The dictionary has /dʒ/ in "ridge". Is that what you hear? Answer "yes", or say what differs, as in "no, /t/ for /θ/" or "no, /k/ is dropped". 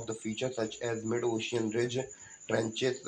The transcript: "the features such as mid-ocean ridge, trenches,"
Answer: yes